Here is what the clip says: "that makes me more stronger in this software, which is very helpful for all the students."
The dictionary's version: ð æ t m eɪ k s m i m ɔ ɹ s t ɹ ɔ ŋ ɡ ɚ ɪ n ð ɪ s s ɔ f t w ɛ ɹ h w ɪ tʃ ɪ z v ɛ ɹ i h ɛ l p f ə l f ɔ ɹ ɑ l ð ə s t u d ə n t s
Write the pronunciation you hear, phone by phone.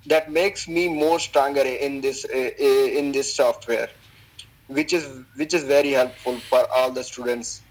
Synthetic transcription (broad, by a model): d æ t m eɪ k s m i m ɔ ɹ s t ɹ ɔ ŋ ɡ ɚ ɪ n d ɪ s s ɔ f t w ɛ ɹ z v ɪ tʃ ɪ z v ɛ ɹ i h ɛ l p f ə l f ɔ ɹ ɑ l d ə s t u d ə n t s